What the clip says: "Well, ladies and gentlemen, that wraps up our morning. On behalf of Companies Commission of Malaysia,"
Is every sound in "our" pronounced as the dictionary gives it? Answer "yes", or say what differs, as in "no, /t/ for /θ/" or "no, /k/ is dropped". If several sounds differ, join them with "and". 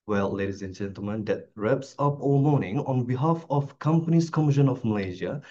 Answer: no, /l/ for /ɹ/